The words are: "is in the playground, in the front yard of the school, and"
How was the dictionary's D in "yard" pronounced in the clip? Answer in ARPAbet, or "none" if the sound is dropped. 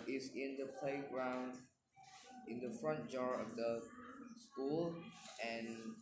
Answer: none